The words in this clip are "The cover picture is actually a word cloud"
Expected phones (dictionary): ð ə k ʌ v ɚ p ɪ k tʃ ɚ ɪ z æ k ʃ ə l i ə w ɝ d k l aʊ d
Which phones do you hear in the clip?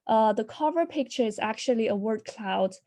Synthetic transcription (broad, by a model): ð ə k ʌ v ɚ p ɪ k tʃ ɚ ɪ z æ k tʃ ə l i ə w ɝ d k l aʊ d